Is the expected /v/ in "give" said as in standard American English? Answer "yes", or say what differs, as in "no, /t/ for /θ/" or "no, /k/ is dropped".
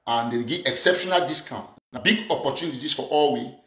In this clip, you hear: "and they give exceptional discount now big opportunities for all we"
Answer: no, /v/ is dropped